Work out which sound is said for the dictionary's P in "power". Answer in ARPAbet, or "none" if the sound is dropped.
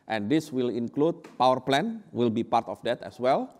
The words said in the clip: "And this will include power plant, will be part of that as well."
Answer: P